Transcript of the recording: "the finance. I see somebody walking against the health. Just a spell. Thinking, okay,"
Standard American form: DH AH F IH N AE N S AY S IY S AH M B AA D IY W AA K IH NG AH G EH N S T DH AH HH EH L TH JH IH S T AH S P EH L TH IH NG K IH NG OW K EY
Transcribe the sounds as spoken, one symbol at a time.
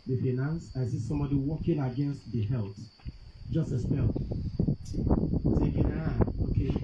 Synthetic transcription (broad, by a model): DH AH F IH N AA N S AY S IY S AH M B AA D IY W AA K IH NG AH G EH N S T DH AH HH EH L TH JH IH S T AH S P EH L S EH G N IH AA OW K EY